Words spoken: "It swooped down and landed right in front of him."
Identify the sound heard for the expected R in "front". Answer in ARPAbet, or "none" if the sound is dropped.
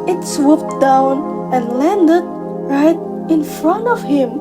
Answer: R